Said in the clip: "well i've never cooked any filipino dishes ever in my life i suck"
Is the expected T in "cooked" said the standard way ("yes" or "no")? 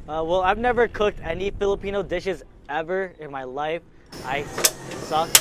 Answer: yes